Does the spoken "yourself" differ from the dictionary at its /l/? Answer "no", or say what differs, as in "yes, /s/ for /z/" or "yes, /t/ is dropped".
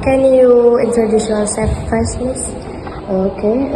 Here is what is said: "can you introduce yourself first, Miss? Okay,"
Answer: yes, /l/ is dropped